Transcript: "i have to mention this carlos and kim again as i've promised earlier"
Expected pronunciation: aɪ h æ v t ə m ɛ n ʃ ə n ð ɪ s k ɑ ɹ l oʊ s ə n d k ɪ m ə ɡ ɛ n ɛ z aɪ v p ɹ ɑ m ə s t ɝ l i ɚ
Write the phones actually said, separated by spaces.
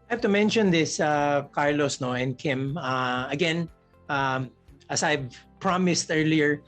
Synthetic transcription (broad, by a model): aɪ h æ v t ə m ɛ n ʃ ə n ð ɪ s k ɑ ɹ l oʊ s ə n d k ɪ m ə ɡ ɛ n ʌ s aɪ v p ɹ ɑ m ə s t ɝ l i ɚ